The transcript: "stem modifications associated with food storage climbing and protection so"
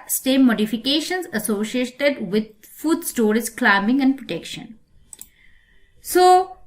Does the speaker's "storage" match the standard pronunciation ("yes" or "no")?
no